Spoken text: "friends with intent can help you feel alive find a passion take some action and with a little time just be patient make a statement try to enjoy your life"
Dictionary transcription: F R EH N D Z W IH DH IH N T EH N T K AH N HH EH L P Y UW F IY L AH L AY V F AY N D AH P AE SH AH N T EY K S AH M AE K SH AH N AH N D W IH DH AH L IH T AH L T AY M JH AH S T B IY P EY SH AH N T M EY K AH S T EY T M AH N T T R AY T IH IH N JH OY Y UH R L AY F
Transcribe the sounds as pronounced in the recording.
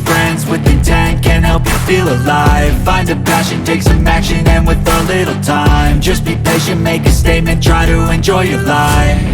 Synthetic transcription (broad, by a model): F R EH N D Z W IH DH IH T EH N K AH N HH EH L P Y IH F IY L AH L AY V F AY N D AH P AE SH AH N T EY K S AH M AE K SH AH N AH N W IH DH AH L IH T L T AY M JH AH S B IY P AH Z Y M EY K AH S T EY T M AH N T T R AY T IH IH N JH OY Y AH R L AY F